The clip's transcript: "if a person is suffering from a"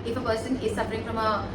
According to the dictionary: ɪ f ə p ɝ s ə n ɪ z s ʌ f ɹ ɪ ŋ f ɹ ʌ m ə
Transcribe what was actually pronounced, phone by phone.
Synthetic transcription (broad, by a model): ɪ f ə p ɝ s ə n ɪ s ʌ p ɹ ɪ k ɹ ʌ m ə